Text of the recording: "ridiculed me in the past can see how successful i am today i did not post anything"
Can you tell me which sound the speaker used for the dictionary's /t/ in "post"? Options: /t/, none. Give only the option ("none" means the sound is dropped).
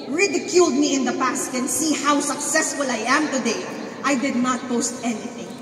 /t/